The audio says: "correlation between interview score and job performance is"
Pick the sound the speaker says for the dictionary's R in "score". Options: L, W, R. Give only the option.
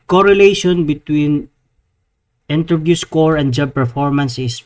R